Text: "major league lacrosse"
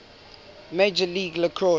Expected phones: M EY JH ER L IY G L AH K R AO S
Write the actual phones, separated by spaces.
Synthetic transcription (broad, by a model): M EY JH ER L IY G L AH K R AO